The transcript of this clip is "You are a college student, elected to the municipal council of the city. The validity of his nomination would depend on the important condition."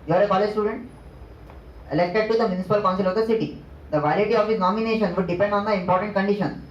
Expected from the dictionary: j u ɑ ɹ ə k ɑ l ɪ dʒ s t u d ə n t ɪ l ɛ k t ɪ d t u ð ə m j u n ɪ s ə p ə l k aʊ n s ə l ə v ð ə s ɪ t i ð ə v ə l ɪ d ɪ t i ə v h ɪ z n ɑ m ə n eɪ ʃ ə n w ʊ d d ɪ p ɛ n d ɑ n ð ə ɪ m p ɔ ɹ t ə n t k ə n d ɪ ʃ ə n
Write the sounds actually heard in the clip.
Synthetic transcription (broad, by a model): j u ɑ ɹ ə k ɑ l ɪ dʒ s t u d ə n t ɪ l ɛ k t ɪ d t u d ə m j u n ɪ s ə p ə l k aʊ n s ə l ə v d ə s ɪ t i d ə v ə ɪ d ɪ t i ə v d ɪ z n ɑ m ə n eɪ ʃ ə n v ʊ d d ɪ p ɛ n d ɑ n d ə ɪ m p ɔ ɹ t ə n t k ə n d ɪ ʃ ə n